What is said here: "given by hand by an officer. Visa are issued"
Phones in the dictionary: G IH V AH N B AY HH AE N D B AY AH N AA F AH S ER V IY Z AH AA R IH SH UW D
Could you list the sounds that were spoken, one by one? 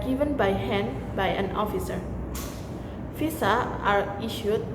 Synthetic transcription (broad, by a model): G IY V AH N B AY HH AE N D B AY AH N AA F AH S ER F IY S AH AA R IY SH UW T